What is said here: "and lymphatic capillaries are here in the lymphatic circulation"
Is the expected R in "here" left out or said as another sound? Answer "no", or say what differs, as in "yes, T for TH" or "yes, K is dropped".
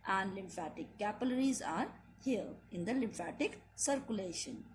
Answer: yes, L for R